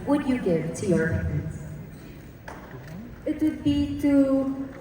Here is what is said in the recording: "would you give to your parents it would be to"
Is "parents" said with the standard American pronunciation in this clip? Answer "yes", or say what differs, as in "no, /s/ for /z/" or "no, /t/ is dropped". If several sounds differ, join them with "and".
no, /ɹ/ is dropped